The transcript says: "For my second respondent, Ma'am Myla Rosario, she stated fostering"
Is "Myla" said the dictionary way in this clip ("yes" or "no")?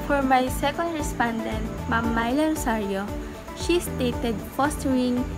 yes